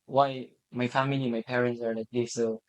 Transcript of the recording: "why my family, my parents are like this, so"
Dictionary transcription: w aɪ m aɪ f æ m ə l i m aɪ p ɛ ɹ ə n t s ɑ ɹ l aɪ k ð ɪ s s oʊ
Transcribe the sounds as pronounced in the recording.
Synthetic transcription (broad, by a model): w aɪ m aɪ f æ m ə l i m aɪ p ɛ ɹ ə n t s ɑ ɹ n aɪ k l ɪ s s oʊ